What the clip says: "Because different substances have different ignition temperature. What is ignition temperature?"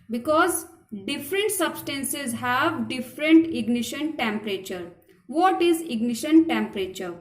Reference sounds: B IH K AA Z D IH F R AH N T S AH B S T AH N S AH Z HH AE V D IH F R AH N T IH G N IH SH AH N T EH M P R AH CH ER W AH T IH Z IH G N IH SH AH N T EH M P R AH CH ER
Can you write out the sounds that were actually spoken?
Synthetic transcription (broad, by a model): B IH K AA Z D IH F R AH N T S AH B S T AH N S AH Z HH AE V D IH F R AH N T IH G N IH SH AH N T EH M P R AH CH ER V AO T IH Z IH G N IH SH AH N T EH M P R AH CH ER